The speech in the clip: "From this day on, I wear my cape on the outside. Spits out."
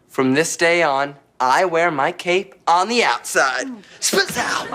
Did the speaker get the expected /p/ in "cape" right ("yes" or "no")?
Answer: yes